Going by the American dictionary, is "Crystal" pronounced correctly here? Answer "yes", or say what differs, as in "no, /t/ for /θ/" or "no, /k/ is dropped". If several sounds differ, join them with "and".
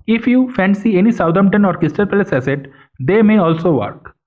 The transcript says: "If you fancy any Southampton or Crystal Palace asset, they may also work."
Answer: no, /ɹ/ is dropped